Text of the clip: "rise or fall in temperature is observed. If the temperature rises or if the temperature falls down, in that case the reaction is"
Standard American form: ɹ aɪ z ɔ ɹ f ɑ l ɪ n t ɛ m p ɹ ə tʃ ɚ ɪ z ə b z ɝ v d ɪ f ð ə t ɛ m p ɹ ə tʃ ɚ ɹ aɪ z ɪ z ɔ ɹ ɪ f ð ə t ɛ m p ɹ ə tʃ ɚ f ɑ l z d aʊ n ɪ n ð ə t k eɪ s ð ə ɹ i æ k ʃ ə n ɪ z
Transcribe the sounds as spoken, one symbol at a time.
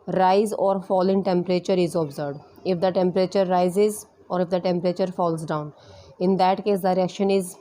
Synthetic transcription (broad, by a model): ɹ aɪ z ɔ ɹ f ɑ l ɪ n t ɛ m p ɹ ə tʃ ɚ ɪ z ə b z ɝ d ɪ f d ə t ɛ m p ɹ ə tʃ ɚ ɹ aɪ z ɪ z ɔ ɹ ɪ f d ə t ɛ m p ɹ ə tʃ ɚ f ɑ l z d aʊ n ɪ n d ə t k eɪ s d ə ɹ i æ k ʃ ə n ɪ z